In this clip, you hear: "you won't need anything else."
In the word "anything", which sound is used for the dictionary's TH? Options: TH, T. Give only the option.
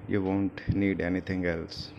T